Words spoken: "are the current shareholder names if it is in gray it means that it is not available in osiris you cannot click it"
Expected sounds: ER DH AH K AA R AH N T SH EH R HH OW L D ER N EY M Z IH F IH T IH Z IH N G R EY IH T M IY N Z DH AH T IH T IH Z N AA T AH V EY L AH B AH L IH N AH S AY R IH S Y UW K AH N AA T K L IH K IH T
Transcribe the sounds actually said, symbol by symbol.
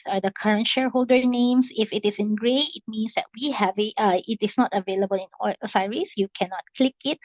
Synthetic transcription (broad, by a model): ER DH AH K AA R AH N T SH EH R HH OW L D ER N EY M S IH F IH T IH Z IH N G R EY IH T M IY N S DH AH T IH T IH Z N AA T AH V EY L AH B AH L IH N AH S AY R IH S Y UW K AH N AA T K L IH K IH T